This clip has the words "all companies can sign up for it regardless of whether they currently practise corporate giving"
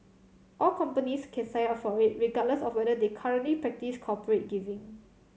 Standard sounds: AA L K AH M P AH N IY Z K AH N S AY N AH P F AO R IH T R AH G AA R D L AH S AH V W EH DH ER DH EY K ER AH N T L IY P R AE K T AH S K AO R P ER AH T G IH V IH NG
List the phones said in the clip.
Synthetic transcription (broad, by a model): AA L K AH M P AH N IY S K AH N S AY AH F AO R IH T R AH G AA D L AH S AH F W EH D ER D EY K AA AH N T L IY P R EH K T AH S K AO P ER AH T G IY V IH NG